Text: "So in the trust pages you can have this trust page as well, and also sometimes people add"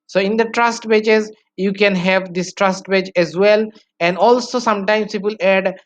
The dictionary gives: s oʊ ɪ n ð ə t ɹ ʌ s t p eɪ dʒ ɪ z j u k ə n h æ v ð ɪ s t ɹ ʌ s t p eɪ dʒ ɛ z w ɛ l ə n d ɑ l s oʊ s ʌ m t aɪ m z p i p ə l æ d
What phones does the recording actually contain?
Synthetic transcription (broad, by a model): s oʊ ɪ n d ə t ɹ ʌ s t b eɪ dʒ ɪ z j u k ə n h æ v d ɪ s t ɹ ʌ s t b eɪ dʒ ɛ z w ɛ l ə n d ɑ l s oʊ s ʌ m t aɪ m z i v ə l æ d